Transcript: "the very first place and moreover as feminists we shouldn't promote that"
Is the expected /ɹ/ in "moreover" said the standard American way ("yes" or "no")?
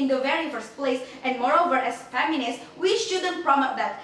yes